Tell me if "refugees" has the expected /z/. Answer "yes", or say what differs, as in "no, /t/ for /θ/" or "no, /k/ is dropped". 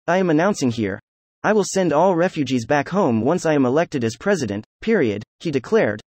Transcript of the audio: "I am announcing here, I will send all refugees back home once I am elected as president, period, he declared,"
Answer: yes